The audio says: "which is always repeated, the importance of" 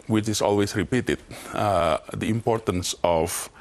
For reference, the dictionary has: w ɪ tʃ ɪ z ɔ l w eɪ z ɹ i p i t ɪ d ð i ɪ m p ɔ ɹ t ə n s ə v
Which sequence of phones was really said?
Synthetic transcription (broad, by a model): w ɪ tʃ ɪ s ɔ l w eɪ s ɹ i p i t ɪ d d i ɪ m p ɔ ɹ t ə n s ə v